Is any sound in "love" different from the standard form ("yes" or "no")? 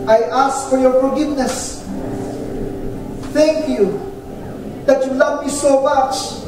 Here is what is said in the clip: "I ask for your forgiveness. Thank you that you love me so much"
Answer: no